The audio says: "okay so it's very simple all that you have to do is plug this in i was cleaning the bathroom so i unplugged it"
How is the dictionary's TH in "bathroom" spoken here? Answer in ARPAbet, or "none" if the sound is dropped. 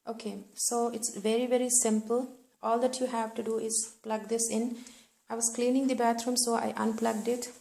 T